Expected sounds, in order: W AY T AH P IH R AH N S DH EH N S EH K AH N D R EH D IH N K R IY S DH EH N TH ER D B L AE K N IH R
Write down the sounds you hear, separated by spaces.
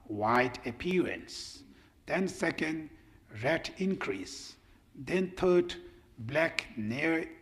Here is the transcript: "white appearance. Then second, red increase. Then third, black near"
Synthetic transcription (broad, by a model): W AY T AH P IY R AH N S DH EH N S EH K AH N D R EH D IH N K R IY S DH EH N T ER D B L AE K N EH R